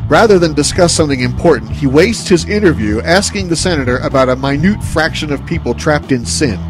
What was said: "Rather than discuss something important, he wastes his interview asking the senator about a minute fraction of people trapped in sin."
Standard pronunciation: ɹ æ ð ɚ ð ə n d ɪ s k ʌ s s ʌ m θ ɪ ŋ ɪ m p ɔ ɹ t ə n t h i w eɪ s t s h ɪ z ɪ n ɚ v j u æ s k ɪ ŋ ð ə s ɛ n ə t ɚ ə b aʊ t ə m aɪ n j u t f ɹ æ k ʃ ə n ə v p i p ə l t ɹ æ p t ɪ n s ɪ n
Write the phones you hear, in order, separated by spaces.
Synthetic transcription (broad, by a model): ɹ æ ð ɚ ð ə n d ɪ s k ʌ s s ʌ m θ ɪ ŋ ɪ m p ɔ ɹ t n t h i w eɪ s t h ɪ z ɪ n ɚ v j u æ s k ɪ ŋ ð ə s ɛ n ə t ɚ ə b aʊ t ə m aɪ n j u t f ɹ æ k ʃ ə n ə v p i p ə l t ɹ æ p t ɪ n s ɪ n